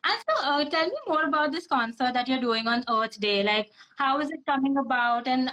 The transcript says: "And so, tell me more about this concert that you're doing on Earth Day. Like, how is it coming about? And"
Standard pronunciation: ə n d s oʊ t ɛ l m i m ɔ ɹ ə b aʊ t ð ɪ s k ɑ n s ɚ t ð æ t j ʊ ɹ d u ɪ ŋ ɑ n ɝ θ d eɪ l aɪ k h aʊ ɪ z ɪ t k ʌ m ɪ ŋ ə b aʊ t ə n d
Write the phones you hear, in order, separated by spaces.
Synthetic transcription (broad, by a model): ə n s oʊ t ɛ l m i m ɔ ɹ ə b aʊ t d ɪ s k ɑ n s ɚ t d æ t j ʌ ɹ d u ɪ ŋ ɑ n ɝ t d eɪ l aɪ k h aʊ ɪ z ɪ t k ʌ m ɪ ŋ ə b aʊ t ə n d